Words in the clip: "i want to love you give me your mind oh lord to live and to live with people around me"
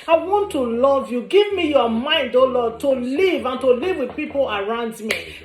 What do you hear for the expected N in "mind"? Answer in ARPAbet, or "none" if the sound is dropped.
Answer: N